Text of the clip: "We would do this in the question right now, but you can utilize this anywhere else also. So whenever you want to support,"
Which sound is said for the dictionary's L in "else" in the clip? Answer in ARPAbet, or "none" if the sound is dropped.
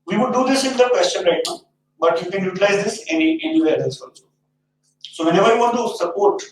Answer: none